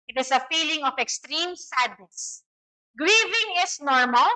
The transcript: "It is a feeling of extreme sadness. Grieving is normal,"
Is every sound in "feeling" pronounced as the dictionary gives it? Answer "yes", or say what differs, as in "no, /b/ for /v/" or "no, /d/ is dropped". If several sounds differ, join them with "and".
yes